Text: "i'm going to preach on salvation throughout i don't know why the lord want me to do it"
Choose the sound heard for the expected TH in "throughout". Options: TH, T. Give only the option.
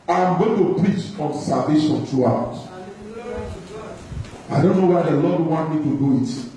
T